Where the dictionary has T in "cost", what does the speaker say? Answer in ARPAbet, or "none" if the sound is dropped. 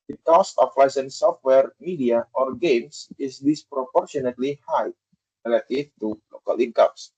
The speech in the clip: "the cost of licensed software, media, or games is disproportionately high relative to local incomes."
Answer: none